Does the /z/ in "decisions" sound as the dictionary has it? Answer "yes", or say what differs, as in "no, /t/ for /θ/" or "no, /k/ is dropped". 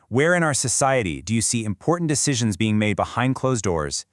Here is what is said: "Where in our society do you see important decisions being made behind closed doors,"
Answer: yes